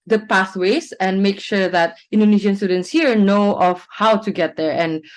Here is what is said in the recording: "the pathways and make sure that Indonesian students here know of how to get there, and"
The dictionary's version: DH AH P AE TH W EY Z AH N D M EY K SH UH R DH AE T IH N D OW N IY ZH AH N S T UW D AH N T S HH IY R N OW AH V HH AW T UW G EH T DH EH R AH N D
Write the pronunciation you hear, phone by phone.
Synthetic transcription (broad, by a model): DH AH P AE S W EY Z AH N M EY K SH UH R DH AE T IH N D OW N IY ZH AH N S T UW D AH N T S HH IY R N OW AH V HH AW T UW G EH T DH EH R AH N